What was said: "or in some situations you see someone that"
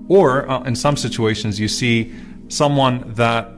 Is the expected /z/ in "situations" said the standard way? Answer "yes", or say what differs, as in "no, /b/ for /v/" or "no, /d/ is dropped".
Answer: yes